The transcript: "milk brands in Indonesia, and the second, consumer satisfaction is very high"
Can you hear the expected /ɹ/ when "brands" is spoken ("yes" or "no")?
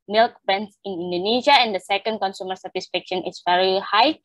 no